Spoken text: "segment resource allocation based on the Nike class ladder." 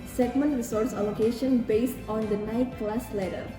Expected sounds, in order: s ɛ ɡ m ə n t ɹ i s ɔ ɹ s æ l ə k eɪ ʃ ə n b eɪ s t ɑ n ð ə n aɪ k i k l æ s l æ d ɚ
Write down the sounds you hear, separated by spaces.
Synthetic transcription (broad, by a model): s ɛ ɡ m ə n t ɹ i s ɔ ɹ s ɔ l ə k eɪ ʃ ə n b eɪ s t ɑ n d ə n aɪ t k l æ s l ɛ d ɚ